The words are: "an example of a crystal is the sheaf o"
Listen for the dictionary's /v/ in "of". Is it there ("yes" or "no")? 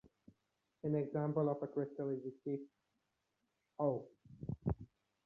no